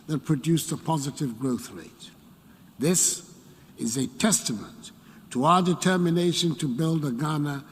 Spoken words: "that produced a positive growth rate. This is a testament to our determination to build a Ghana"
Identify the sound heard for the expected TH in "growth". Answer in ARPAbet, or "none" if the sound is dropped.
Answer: TH